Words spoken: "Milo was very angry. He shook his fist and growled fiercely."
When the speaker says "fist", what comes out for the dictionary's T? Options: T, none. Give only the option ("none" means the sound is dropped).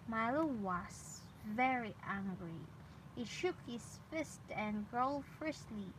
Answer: T